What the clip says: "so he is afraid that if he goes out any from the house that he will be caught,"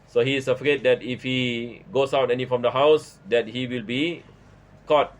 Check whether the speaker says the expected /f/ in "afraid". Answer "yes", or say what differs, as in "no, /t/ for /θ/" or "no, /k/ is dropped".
yes